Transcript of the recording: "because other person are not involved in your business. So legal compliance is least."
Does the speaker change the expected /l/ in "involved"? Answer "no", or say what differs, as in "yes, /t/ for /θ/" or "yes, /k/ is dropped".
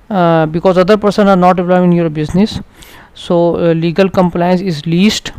yes, /l/ is dropped